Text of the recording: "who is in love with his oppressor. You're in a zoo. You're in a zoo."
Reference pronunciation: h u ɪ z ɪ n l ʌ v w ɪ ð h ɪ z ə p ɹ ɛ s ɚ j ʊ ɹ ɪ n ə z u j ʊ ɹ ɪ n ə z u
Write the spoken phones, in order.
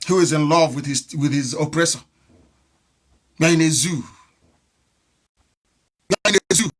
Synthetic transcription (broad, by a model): h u ɪ z ɪ n l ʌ v w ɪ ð h ɪ z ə p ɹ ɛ s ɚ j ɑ ɪ n ə z u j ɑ ɪ n ə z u